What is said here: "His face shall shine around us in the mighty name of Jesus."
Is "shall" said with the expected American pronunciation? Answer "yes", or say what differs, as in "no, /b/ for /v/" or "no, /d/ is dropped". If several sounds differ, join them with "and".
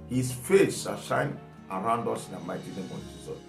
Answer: no, /s/ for /ʃ/